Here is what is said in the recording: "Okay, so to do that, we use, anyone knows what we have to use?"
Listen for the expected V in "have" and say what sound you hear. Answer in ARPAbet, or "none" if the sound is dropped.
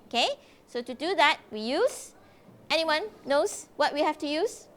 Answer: F